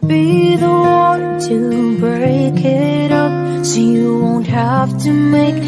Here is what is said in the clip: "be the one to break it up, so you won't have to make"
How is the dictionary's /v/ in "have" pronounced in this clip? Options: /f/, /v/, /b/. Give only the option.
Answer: /f/